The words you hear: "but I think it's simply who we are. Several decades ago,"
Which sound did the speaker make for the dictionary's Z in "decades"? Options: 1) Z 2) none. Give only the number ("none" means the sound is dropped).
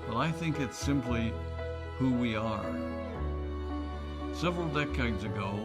1